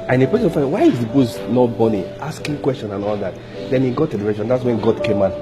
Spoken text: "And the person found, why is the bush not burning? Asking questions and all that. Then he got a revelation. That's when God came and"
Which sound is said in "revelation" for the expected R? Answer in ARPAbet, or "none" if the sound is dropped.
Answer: L